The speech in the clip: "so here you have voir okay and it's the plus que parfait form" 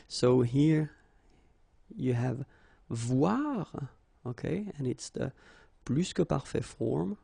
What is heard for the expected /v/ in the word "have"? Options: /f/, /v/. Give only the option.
/v/